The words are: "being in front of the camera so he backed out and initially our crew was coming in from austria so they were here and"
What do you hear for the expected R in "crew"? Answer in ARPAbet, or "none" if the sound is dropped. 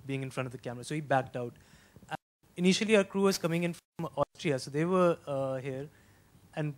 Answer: R